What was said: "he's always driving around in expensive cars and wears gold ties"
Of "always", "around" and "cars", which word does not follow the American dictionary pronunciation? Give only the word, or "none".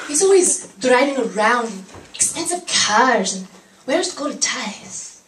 none